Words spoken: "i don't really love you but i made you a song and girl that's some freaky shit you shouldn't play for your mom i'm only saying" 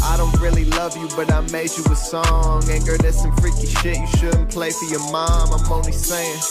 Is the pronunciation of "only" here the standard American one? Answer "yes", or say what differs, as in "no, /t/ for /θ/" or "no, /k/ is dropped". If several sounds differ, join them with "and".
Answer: no, /l/ is dropped